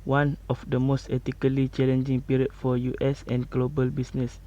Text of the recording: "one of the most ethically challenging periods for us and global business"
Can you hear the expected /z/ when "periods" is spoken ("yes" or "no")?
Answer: no